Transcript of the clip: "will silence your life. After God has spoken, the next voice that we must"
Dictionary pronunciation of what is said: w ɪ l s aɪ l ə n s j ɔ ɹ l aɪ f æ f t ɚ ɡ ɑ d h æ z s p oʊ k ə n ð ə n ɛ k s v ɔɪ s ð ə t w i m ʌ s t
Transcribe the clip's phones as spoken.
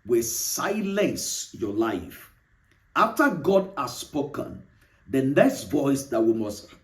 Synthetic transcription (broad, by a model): w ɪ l s aɪ l ə n s j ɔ l aɪ f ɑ f t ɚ ɡ ɑ d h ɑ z s p oʊ k ə n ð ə n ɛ s v ɔɪ s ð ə t w i m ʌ s t